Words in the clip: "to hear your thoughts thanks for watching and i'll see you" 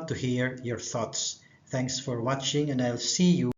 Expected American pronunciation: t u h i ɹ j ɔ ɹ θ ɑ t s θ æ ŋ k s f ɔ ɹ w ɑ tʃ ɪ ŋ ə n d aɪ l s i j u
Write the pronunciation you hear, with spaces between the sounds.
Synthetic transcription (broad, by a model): t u h i ɹ j ɔ ɹ θ ɑ t s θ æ ŋ k s f ɔ ɹ w ɑ tʃ ɪ ŋ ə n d aɪ l s i j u